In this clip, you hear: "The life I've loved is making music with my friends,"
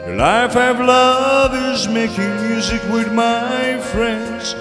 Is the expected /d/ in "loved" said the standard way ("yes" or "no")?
no